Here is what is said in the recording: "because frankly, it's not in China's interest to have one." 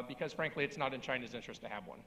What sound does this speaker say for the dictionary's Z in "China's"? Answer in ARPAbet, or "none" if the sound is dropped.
Z